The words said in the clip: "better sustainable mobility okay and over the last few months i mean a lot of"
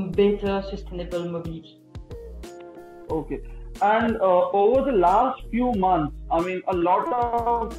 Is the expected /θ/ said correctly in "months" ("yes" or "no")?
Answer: no